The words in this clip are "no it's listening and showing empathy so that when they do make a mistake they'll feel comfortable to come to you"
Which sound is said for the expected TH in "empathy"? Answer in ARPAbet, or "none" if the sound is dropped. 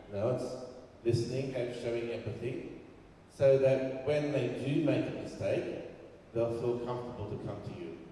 TH